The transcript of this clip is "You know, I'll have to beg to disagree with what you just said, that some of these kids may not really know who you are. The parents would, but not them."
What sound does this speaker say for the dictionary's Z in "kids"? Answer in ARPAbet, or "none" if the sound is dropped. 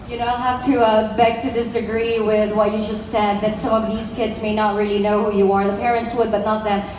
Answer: Z